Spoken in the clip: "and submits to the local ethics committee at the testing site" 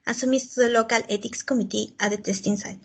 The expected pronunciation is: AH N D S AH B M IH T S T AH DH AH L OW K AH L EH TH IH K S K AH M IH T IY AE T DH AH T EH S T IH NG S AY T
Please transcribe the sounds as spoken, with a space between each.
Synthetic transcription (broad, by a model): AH S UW M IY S T AH DH AH L OW K AH L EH T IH K S K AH M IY T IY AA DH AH T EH S T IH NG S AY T